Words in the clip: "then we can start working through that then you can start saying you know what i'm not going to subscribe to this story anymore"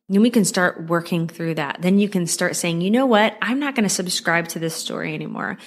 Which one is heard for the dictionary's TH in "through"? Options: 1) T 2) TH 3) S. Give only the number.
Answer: 2